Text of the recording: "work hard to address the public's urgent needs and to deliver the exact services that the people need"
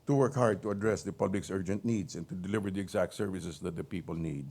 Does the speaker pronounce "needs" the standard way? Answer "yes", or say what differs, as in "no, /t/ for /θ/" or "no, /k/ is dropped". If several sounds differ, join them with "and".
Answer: no, /s/ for /z/